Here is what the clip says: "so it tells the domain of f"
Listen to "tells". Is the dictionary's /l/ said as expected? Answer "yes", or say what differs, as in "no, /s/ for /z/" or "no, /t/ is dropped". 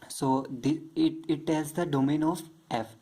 no, /l/ is dropped